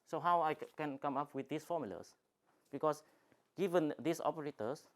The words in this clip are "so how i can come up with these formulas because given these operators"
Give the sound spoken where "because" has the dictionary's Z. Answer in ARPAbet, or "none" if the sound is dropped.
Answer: S